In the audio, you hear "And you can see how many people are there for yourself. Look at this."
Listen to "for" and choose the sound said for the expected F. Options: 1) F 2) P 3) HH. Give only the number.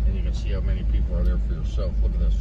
1